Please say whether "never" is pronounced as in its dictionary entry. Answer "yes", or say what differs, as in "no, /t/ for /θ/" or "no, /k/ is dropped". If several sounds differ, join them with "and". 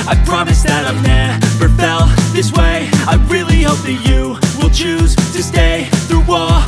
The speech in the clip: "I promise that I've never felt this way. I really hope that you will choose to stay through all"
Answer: no, /b/ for /v/